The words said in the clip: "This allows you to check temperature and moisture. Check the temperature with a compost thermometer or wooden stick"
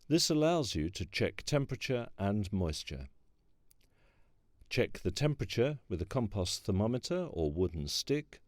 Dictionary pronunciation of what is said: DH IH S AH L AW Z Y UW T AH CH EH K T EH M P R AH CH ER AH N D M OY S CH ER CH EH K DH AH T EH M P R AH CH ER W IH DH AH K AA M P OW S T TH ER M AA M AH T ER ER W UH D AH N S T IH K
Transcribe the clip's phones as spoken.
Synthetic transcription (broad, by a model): DH IH S AH L AW Z Y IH T AH CH EH K T EH M P R AH CH ER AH N M OY S CH ER CH EH K DH AH T EH M P R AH CH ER W IH DH AH K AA M P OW S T TH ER M AA M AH T ER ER W UH D N S T IH K